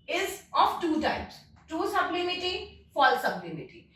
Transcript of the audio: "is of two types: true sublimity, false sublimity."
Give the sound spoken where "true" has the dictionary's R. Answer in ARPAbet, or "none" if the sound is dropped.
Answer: none